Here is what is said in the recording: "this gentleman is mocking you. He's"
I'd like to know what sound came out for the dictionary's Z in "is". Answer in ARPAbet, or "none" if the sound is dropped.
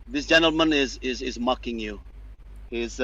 Z